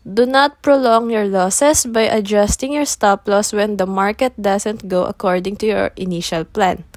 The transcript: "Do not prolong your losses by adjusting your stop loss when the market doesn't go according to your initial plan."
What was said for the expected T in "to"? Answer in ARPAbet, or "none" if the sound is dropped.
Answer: T